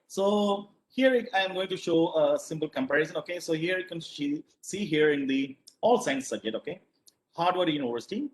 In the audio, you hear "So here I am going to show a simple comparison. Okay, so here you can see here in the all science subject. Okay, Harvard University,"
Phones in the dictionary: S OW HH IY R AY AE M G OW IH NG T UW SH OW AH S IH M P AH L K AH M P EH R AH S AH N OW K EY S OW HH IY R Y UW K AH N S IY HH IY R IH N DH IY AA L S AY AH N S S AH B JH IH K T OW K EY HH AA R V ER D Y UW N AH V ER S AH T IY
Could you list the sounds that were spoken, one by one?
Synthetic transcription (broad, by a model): S OW HH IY R AY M G OW IH NG T UW SH OW AH S IH M P AH L K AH M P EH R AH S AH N OW K EY S OW HH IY R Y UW K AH N S IY HH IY R IH N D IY AA L S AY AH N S S AH B JH IH K T OW K EY HH AA R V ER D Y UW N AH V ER S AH T IY